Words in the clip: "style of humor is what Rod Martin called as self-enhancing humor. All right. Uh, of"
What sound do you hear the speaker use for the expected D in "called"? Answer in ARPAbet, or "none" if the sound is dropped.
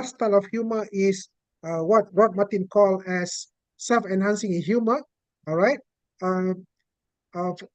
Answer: none